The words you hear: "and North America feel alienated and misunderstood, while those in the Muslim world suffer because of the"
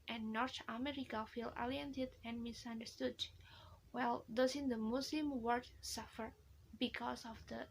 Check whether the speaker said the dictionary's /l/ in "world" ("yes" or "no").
no